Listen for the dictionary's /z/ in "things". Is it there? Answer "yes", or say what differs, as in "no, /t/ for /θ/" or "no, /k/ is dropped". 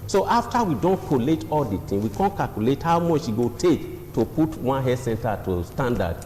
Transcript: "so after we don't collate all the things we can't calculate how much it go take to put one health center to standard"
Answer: no, /z/ is dropped